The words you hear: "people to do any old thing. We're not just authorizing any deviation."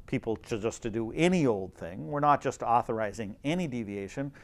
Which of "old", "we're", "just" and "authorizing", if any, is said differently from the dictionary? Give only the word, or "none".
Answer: none